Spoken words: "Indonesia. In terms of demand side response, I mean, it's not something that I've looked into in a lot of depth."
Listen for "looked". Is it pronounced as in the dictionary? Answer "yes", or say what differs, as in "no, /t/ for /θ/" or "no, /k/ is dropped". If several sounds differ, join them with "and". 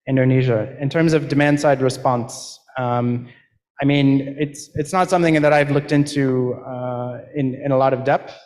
yes